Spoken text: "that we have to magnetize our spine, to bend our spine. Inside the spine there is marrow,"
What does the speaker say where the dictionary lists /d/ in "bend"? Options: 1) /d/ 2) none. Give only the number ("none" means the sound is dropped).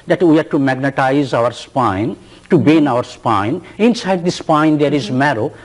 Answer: 2